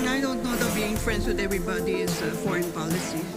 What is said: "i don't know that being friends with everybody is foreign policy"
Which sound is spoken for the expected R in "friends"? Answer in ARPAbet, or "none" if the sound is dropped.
L